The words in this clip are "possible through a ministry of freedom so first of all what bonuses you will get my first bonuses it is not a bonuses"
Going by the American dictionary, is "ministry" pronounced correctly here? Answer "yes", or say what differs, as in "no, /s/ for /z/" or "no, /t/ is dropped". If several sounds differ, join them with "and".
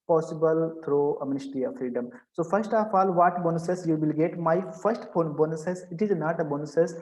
no, /ɹ/ is dropped